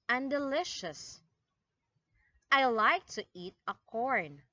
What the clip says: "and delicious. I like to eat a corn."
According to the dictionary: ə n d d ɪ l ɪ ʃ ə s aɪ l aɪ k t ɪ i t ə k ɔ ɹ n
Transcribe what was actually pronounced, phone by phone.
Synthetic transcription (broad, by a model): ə n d d ɪ l ɪ ʃ ə s aɪ l aɪ k t ɪ i t ə k ɔ ɹ n